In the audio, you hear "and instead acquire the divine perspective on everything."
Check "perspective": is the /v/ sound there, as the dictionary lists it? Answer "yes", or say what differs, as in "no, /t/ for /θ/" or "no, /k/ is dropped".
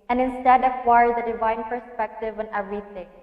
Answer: yes